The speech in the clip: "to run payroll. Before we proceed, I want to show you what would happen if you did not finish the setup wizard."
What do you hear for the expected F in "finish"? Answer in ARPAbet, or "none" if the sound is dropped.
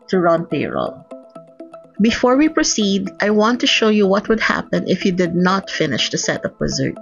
F